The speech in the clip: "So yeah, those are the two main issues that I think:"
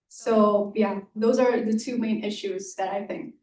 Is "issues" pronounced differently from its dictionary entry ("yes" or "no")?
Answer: no